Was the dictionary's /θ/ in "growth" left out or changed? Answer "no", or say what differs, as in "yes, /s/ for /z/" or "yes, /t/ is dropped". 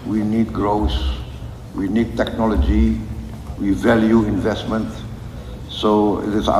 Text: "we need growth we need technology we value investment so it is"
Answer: yes, /s/ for /θ/